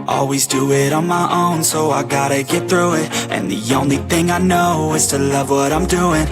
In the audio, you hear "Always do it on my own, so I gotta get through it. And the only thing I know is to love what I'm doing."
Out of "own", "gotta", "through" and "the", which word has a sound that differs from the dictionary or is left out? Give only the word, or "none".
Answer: none